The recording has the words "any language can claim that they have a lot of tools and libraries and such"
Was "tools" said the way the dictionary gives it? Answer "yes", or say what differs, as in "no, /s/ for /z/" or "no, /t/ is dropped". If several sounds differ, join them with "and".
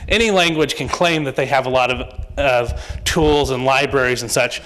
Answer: yes